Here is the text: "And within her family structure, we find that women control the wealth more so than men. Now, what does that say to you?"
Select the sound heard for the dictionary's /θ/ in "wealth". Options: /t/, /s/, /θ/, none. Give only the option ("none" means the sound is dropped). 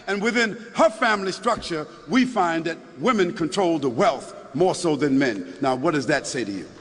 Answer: /θ/